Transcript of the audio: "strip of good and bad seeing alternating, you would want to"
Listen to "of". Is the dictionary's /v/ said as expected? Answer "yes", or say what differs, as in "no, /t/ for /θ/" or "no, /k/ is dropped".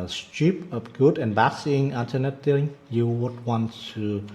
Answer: no, /p/ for /v/